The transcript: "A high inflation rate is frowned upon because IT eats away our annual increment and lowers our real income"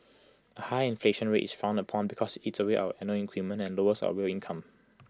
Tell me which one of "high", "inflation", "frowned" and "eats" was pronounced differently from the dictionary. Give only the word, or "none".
frowned